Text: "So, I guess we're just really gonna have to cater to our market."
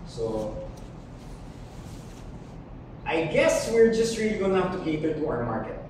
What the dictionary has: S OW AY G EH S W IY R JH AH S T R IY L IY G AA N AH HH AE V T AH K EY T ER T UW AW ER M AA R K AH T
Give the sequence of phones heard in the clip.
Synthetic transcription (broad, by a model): S OW AY G EH S W IY R JH AH S T R IY L IY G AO AH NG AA F T AH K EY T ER T UW AW ER M AA R K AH T